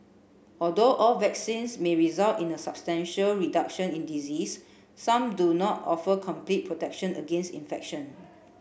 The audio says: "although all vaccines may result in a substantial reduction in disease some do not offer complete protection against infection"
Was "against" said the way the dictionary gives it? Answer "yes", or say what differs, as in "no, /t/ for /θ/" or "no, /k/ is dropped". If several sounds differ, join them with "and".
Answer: yes